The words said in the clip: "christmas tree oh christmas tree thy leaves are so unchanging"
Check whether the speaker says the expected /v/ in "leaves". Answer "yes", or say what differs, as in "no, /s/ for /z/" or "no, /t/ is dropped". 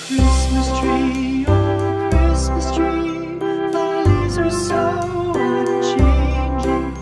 no, /v/ is dropped